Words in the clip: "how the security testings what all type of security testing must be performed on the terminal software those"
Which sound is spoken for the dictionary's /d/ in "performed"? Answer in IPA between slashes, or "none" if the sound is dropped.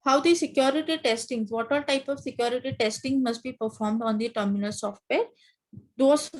/d/